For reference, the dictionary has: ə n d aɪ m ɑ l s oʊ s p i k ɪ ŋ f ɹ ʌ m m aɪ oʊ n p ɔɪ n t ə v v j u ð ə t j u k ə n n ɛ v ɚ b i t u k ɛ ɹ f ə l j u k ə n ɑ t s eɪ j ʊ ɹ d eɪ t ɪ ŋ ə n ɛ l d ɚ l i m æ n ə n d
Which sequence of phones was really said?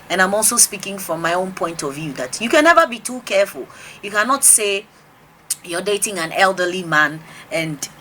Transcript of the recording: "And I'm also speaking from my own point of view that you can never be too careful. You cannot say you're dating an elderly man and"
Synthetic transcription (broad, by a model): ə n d aɪ m ɑ l s oʊ s p i k ɪ ŋ f ɹ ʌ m m aɪ oʊ n p ɔɪ n t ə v v j u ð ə t j u k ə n n ɛ v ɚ b i t u k ɛ ɹ f ə l j u k ə n ɑ t s eɪ j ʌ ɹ d eɪ t ɪ ŋ ə n ɛ l d ɚ l i m æ n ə n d